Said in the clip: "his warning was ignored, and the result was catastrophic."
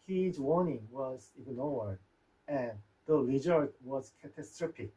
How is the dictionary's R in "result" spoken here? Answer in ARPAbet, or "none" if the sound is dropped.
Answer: L